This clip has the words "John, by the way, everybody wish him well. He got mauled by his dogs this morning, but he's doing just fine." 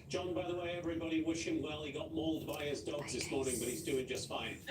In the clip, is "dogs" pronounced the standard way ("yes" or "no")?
yes